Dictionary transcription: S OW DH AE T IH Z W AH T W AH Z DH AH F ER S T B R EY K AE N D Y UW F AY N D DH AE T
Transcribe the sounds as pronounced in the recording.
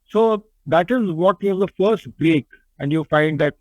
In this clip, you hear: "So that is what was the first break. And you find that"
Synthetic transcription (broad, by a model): S OW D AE T IH Z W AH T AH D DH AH F ER S T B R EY K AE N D Y UW F AY N D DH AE T